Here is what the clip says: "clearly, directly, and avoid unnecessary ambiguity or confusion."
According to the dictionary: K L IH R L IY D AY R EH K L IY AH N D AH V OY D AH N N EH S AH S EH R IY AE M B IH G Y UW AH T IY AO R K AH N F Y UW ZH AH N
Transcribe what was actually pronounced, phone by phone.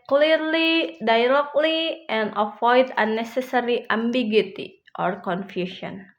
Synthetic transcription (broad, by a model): K L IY R L IY D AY L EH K L IY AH N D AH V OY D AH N N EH S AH S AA R IY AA M B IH G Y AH T IY AO R K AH N F Y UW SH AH N